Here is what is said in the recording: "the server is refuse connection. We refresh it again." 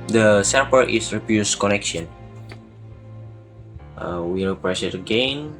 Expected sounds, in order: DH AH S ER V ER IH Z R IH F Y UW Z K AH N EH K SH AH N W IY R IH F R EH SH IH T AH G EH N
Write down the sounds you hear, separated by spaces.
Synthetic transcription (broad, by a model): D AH S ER P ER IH S R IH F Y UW S K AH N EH K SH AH N W IY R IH P R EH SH IH T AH G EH N